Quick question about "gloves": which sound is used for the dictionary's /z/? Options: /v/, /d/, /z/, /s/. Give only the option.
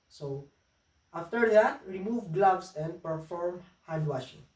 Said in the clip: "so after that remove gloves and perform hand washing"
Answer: /s/